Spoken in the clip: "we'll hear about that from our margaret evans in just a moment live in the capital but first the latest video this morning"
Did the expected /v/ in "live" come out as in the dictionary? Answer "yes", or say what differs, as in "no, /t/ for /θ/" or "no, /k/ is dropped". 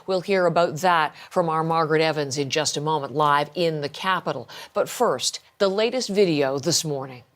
yes